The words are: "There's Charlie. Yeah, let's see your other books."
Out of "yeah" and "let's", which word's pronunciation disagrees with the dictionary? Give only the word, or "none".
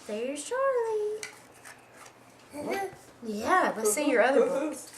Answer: let's